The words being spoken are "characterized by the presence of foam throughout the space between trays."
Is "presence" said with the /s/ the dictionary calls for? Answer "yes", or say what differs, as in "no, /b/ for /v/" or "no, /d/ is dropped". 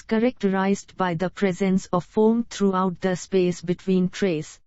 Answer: yes